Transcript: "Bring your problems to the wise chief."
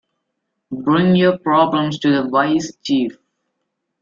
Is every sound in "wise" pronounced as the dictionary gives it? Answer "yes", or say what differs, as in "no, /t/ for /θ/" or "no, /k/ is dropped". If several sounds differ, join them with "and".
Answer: no, /s/ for /z/